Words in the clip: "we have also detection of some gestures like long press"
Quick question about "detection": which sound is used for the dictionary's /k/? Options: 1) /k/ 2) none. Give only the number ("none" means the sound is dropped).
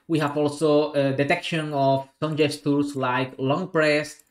1